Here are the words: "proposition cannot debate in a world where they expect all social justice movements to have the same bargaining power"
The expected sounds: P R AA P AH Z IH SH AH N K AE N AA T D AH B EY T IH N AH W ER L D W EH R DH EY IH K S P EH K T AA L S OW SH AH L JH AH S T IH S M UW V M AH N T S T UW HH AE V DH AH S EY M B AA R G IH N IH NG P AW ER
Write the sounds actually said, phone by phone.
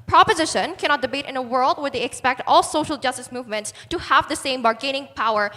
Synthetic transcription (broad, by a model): P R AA P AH Z IH SH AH N K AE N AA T D AH B EY T IH N AH W ER L D W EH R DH EY IH K S P EH K T AA L S OW SH AH L JH AH S T IH S M UW V M AH N T S T UW HH AE V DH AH S EY M B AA R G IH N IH NG P AW ER